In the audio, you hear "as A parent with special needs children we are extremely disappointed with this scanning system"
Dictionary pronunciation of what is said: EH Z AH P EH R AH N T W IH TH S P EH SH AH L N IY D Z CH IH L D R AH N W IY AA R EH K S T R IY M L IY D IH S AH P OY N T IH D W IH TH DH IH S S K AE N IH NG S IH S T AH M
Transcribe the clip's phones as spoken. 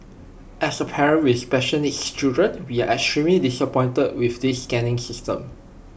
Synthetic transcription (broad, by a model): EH S AH P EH R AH N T W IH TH S P EH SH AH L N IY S CH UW D R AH N W IY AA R EH K S T R IY M L IY D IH S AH P OY N T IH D W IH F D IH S S K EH N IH NG S IH S T AH M